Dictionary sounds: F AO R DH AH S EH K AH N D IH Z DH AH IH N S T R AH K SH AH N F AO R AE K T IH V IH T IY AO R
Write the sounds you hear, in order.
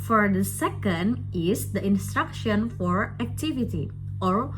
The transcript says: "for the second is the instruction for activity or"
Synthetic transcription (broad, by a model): F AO R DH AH S EH K AH N D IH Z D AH IH N S T R AH K SH AH N F AO R AE K T IH V IH T IY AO R